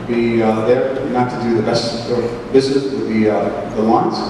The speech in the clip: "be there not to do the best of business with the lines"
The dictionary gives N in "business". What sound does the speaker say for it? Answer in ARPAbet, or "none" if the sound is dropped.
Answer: none